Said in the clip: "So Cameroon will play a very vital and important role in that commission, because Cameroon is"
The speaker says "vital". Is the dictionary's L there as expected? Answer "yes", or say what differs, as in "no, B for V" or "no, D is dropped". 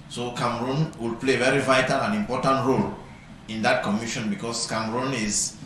yes